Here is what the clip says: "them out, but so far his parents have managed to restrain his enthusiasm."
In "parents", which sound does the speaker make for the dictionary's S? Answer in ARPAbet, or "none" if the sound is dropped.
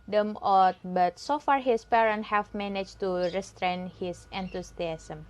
none